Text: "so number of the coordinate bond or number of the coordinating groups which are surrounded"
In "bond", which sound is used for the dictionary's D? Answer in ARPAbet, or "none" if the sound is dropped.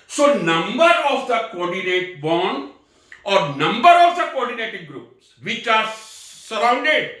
none